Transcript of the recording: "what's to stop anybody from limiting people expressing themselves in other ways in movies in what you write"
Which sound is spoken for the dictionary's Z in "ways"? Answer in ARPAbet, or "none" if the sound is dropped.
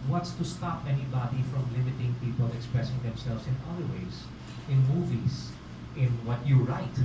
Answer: S